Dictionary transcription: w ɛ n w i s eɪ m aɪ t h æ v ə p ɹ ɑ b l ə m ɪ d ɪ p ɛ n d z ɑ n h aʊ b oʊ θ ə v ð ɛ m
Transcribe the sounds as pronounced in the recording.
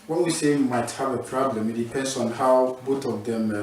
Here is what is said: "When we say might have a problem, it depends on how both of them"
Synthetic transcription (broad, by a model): w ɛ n w i s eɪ m aɪ t h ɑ v ə p ɹ ɑ b l ə m ɪ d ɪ p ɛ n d s ɑ n h aʊ b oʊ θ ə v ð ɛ m